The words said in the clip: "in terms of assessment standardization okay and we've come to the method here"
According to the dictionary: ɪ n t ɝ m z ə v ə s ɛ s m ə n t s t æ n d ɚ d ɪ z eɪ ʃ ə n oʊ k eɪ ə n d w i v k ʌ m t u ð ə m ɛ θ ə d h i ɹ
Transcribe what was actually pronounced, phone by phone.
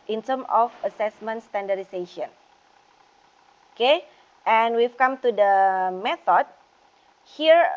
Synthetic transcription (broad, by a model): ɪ n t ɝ m ə f ə s ɛ s m ə n t s t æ n d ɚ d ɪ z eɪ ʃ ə n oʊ k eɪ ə n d w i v k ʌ m t u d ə m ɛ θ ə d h i ɹ